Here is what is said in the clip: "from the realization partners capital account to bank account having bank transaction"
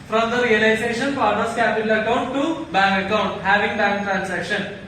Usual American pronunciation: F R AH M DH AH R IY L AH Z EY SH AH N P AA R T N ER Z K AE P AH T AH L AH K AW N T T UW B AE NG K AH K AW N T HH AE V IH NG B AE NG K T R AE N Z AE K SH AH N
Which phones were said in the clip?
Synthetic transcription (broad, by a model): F R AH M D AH R IY L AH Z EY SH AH N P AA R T ER S K AE P AH T AH L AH K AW N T T UW B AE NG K AH K AW N T HH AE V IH NG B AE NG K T R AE N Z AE K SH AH N